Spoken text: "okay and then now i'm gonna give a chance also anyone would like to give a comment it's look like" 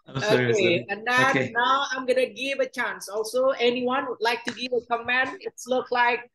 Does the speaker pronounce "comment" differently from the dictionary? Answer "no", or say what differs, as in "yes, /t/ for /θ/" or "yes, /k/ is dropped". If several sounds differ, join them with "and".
yes, /t/ is dropped